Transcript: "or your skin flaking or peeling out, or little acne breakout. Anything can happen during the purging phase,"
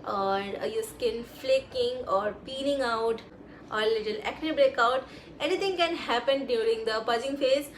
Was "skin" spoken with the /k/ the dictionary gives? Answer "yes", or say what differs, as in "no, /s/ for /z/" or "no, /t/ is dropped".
yes